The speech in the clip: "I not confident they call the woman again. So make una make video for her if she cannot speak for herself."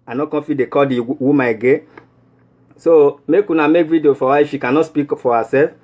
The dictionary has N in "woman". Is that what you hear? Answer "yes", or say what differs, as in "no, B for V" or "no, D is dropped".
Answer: no, N is dropped